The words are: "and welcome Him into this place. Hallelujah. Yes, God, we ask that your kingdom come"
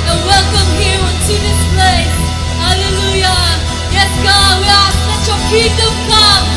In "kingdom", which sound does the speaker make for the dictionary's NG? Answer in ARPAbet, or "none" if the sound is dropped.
none